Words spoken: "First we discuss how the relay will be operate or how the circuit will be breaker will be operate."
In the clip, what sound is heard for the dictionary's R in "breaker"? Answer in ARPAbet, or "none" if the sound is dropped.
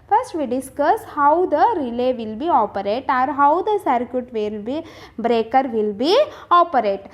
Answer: R